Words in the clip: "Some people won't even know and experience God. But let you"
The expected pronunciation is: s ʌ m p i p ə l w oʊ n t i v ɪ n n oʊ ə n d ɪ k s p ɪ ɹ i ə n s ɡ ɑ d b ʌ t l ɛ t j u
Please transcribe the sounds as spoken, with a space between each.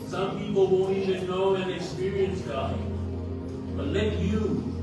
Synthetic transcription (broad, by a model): s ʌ m p i p ə l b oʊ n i ɪ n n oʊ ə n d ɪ k s p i ɹ i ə n s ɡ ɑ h b ʌ t l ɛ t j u